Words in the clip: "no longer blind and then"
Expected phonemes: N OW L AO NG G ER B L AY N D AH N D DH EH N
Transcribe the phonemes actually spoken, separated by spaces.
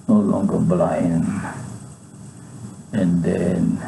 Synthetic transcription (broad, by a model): N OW L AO NG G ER B L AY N AH N D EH N